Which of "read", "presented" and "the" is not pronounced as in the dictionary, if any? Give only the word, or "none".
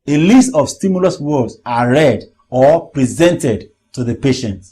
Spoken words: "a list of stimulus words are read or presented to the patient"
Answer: none